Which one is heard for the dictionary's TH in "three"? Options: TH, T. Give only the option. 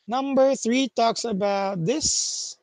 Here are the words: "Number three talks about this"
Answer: TH